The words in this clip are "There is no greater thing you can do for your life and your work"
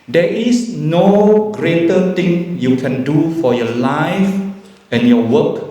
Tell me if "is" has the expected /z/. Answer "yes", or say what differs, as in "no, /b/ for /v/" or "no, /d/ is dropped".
no, /s/ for /z/